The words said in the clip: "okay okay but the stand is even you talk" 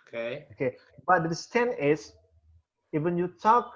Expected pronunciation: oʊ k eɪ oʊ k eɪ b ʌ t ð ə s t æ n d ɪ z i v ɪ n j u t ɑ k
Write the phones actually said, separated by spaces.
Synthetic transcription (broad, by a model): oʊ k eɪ oʊ k eɪ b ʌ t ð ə s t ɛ n ɪ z i v ɪ n j u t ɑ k